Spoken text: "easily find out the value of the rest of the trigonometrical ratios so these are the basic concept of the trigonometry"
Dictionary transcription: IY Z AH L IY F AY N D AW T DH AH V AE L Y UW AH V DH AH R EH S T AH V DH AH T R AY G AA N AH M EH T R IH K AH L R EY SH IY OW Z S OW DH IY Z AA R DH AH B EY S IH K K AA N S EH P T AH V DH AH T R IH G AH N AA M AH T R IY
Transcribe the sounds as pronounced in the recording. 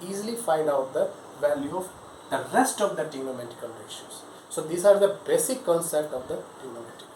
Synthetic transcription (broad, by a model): IY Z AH L IY F AY N D AW T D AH V AE L Y UW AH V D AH R EH S T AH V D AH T IY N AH M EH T IH K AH L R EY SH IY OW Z S OW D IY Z AA R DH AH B EY S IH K K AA N S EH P T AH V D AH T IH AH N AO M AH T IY